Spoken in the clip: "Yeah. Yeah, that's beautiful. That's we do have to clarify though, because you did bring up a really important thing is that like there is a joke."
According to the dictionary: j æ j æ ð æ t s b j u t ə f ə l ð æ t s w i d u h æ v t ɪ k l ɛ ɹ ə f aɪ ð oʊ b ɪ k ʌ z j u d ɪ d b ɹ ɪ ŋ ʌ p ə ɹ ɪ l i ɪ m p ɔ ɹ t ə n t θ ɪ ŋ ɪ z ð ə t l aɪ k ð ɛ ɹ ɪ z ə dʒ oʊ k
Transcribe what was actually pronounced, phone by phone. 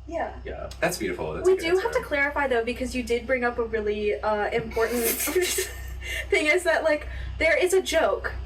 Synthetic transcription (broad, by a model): j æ j æ ð æ t s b j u t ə f l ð w i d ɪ h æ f t ɪ k l ɛ ɹ ə f aɪ ð oʊ b ɪ k ʌ z j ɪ d ɪ d b ɹ ɪ ŋ ʌ p ə ɹ ɪ l i ɪ m p ɔ ɹ t n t θ ɪ ŋ ɪ z ð ə t l aɪ k ð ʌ ɹ ɪ z ə dʒ oʊ k